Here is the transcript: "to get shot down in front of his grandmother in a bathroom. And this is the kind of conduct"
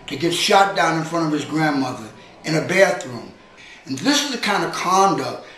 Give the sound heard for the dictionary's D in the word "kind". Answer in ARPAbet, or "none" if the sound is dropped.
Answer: D